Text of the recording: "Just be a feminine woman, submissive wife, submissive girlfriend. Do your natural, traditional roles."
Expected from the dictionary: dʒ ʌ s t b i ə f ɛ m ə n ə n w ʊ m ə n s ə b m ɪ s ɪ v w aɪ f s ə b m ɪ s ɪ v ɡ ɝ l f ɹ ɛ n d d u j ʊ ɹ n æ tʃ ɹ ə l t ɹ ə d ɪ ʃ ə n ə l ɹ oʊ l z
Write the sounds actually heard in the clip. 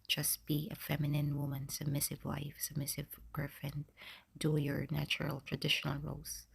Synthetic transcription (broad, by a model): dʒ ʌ s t b i ə f ɛ m ə n ə n w ʊ m ə n s ə b m ɪ s ɪ v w aɪ f s ə b m ɪ s ɪ v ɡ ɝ f ɛ n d d u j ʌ ɹ n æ tʃ ɹ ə l t ɹ ə d ɪ ʃ ə n ə l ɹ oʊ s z